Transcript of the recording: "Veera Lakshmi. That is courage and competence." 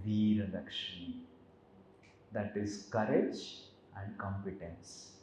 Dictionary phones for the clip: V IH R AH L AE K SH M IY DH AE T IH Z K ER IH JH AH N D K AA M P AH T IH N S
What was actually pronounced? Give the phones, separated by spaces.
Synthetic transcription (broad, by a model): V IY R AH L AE K SH IY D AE T IH Z K ER IH JH AH N D K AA M P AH T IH N S